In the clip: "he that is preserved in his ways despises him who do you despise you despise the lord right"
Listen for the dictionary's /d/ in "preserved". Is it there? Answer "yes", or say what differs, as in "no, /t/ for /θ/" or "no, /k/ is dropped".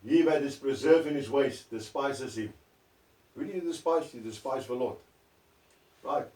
no, /d/ is dropped